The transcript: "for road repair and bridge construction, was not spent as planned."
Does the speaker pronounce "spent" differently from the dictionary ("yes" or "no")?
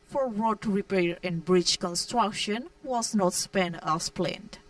yes